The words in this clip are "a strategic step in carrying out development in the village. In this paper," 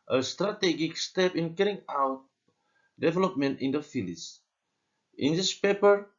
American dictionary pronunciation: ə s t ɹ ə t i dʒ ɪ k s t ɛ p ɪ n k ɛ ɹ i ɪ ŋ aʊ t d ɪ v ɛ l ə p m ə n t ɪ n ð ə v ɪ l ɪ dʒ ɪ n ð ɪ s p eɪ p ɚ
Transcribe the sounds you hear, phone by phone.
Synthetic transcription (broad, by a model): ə s t ɹ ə t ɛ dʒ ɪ k s t ɛ p ɪ n k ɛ ɹ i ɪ ŋ aʊ t d ɪ v ɛ l ə p m ə n t ɪ n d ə f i l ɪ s ɪ n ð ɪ s p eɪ p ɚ